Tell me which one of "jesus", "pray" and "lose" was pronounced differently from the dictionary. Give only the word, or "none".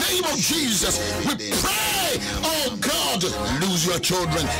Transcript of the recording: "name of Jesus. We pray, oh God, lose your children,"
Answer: none